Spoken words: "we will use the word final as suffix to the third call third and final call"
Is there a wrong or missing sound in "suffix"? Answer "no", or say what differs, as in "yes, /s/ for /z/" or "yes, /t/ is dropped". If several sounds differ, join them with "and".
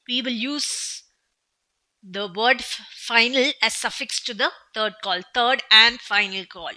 no